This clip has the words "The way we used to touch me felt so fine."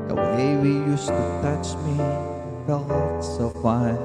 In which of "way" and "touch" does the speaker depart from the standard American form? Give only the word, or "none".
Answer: none